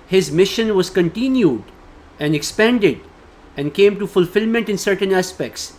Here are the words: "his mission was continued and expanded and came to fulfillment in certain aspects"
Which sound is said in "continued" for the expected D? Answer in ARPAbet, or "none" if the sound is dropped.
D